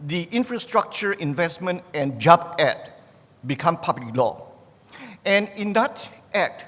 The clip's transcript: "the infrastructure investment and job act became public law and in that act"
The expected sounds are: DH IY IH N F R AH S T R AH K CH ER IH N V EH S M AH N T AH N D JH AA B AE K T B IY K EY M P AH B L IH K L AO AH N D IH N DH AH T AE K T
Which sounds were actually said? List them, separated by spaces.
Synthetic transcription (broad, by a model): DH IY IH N F R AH S T R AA K CH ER IH N V EH S M AH N T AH N JH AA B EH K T B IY K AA M P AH B L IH K L AO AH N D IH N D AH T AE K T